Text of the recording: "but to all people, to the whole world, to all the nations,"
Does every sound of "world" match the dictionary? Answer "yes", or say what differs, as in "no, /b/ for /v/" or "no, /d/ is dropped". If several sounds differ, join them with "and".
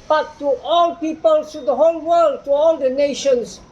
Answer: yes